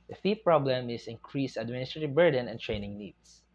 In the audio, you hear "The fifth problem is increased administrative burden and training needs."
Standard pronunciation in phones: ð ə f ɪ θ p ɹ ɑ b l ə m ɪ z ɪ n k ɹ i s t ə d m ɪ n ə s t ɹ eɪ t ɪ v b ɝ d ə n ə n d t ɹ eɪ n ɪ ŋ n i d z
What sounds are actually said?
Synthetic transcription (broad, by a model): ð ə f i p ɹ ɑ b l ə m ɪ s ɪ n k ɹ i s ə d m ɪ n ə s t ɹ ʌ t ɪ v b ɝ d ə n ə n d t ɹ eɪ n ɪ ŋ n i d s